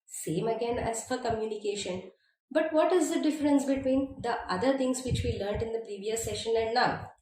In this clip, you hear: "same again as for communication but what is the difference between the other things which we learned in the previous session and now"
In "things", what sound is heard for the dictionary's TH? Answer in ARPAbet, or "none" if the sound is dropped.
T